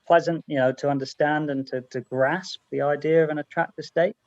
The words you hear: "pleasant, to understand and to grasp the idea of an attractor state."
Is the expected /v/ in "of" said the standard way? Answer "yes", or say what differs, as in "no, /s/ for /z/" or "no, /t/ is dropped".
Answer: yes